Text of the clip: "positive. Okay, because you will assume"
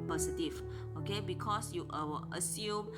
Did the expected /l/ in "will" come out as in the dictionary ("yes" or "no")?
no